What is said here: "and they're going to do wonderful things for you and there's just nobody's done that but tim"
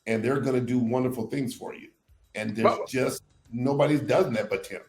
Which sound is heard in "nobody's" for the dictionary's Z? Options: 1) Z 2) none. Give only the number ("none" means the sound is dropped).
2